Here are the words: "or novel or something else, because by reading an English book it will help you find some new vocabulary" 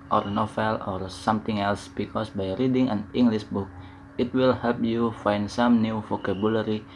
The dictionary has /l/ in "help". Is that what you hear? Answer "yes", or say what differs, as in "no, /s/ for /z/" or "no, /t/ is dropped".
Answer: yes